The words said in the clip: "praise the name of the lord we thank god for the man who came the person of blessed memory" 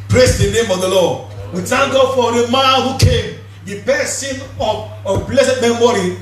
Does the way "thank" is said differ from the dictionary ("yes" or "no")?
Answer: yes